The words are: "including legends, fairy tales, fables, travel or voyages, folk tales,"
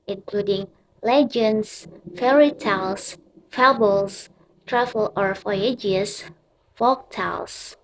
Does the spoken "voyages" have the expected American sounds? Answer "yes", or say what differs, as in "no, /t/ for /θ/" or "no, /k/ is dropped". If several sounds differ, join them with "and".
no, /f/ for /v/ and /s/ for /z/